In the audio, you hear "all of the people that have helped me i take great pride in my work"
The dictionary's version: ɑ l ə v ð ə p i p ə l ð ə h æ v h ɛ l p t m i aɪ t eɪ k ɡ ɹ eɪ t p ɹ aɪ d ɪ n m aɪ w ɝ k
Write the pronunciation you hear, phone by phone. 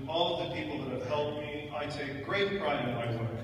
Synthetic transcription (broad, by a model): ɑ l ə v ð ə p i p l ð ə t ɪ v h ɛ l t m i aɪ t eɪ k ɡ ɹ eɪ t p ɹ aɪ ɪ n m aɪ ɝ